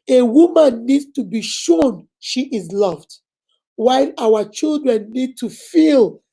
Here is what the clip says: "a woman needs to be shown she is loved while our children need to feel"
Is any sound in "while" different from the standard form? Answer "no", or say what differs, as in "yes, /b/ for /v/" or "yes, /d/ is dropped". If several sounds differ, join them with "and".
no